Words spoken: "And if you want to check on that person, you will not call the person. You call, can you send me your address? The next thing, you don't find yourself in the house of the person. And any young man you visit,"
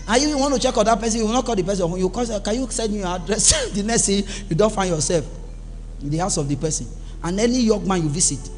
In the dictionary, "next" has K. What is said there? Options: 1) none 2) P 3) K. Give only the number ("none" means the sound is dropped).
1